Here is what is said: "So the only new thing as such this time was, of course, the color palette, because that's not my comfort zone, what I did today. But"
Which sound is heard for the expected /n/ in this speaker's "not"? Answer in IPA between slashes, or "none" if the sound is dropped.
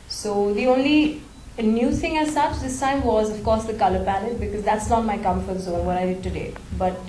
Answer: /l/